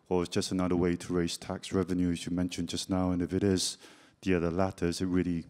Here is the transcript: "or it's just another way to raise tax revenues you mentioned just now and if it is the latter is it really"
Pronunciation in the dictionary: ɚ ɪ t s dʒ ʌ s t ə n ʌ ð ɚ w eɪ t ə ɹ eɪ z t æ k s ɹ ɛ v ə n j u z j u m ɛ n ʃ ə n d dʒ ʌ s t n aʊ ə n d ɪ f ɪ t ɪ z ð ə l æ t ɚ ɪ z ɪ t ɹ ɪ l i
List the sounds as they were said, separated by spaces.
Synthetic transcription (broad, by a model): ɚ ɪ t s dʒ ʌ s t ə n ʌ ð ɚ w eɪ t ə ɹ eɪ z t æ k s ɹ ɛ v ə n j u z j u m ɛ n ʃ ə n dʒ ʌ s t n aʊ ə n ɪ f ɪ t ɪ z ð ə l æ t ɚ ɪ z ɪ t ɹ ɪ l i